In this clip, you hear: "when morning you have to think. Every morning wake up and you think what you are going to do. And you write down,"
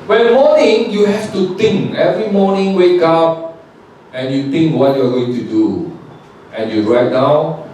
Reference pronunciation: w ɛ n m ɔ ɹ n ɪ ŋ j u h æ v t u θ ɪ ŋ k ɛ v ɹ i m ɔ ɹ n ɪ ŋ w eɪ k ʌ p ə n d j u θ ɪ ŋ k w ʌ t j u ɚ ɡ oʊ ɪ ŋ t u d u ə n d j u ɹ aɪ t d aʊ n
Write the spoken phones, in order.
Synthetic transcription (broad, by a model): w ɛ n m ɔ n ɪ ŋ j u h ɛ f t u t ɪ ŋ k ɛ v ɹ i m ɔ n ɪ ŋ w eɪ k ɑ p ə n j u t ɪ ŋ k w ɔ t j u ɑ ɡ oʊ ɪ ŋ t u d u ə n j u ɹ aɪ t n aʊ